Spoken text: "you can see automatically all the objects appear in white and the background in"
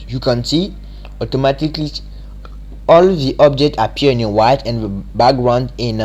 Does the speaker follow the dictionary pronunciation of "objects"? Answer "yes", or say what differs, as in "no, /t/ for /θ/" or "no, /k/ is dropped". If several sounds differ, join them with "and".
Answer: no, /s/ is dropped